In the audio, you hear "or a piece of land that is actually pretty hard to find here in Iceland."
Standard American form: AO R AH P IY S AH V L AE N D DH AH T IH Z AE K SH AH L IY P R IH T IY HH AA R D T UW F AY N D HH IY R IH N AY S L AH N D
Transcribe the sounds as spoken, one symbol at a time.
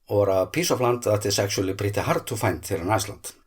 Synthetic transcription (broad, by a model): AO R AH P IY S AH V L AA N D DH AH T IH S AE K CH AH L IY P R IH T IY HH AA R D T UW F AY N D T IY L IH N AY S L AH N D